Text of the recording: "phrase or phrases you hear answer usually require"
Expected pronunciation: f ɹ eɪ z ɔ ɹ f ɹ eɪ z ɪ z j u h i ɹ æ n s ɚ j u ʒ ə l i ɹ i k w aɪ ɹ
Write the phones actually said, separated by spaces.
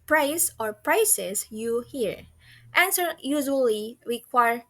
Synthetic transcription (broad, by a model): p ɹ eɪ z ɔ ɹ p ɹ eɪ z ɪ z j u h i ɹ æ n s ɚ j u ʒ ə l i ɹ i k w aɪ ɹ